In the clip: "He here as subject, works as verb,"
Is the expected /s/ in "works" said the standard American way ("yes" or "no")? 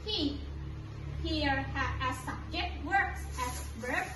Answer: yes